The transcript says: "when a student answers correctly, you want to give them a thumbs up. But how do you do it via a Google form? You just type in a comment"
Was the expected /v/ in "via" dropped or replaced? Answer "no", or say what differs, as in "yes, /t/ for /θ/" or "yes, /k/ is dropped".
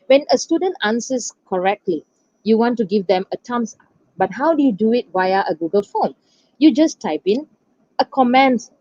yes, /w/ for /v/